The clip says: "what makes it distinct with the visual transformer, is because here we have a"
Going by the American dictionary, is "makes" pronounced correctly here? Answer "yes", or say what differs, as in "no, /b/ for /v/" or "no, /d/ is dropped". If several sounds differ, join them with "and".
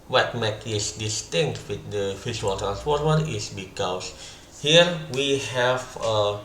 no, /s/ is dropped